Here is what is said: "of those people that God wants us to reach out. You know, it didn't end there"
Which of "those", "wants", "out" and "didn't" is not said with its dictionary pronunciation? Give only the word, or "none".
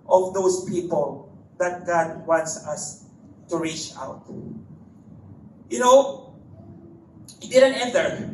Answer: those